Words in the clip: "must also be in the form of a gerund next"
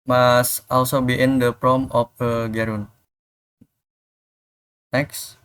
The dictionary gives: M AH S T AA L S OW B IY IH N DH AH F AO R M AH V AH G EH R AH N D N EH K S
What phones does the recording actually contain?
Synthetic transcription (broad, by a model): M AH S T AA L S OW B IY IH N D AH P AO M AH F AH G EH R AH N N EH K S